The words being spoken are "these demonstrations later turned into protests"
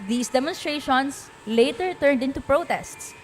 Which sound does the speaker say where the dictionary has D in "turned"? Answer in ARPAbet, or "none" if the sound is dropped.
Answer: D